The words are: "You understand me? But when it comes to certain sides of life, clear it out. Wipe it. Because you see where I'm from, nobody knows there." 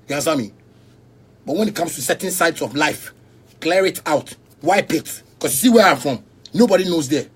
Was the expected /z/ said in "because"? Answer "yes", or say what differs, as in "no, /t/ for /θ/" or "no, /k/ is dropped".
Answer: no, /s/ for /z/